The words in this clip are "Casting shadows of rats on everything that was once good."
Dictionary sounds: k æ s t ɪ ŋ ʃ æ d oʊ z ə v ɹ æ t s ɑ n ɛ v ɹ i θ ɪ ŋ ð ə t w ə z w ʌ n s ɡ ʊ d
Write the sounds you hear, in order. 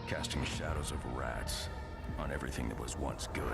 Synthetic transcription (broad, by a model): k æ s t ɪ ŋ ʃ æ d oʊ z ə v ɹ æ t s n ɛ v ɹ i θ ɪ ŋ ð ə t w ə z w ʌ n s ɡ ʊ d